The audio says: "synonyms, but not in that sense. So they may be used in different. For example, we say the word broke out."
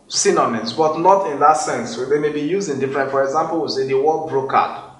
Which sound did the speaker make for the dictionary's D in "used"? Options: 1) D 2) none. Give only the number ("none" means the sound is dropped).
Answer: 2